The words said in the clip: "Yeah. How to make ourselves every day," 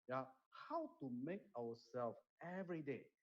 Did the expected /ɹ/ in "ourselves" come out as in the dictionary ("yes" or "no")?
no